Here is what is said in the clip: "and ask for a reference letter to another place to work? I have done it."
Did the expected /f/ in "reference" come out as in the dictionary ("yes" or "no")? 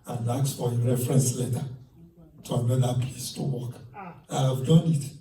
yes